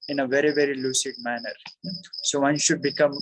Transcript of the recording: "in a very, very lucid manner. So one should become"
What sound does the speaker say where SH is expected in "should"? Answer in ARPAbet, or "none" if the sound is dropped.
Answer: SH